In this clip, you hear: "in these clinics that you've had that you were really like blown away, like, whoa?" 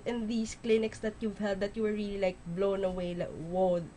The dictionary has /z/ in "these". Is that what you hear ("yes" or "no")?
no